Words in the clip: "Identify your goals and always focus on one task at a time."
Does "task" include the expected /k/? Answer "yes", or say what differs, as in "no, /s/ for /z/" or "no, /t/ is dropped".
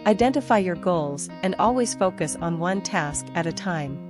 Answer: yes